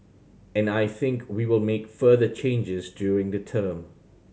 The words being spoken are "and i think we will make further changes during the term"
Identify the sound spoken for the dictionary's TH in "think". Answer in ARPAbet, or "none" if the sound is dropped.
TH